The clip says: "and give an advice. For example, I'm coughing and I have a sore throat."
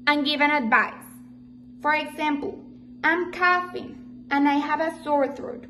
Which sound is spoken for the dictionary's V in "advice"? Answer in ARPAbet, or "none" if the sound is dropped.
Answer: V